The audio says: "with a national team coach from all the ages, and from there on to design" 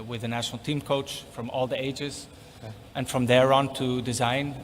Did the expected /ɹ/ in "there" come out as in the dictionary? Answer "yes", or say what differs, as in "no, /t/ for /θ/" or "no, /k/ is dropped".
yes